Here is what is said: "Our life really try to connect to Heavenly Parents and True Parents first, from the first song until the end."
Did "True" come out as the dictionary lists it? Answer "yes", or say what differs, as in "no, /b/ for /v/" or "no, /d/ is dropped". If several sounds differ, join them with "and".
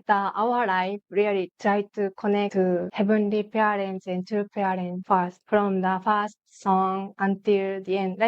no, /ɹ/ is dropped